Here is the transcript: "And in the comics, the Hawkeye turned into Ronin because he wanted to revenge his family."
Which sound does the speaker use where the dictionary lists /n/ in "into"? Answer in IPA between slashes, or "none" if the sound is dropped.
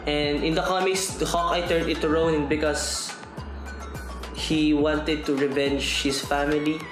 none